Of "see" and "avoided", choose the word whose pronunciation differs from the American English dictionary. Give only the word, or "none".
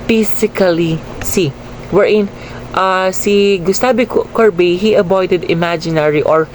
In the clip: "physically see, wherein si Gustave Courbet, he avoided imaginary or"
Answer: avoided